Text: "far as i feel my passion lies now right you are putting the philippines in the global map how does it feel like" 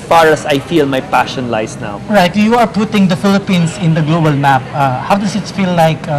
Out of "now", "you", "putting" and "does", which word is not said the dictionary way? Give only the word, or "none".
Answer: does